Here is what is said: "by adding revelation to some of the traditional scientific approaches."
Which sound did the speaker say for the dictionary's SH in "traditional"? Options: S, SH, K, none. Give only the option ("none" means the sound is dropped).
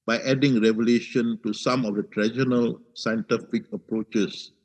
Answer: none